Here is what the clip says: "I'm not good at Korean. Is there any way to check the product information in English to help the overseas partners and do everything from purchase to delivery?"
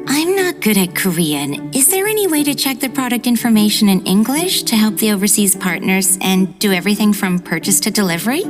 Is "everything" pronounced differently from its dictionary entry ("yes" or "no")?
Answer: no